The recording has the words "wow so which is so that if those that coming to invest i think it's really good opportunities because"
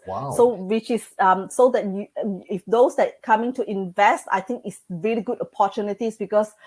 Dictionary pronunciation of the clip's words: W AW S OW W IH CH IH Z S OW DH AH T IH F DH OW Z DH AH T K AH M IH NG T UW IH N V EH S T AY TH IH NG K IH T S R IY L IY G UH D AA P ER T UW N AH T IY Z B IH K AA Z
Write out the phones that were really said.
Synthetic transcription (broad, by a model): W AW S OW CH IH S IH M S OW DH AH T IH F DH OW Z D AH T K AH M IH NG T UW IH N V EH S T AY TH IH NG K IH T S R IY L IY G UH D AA P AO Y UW N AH T IY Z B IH K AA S